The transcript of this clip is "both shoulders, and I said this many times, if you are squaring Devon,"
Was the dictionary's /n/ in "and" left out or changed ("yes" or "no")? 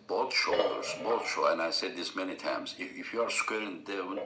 yes